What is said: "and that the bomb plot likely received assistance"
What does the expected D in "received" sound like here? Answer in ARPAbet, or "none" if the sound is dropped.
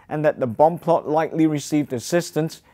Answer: D